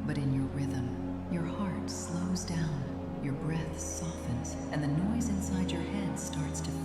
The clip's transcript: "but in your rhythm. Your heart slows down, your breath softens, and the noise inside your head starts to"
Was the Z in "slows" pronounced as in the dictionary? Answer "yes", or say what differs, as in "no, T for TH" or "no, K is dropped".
yes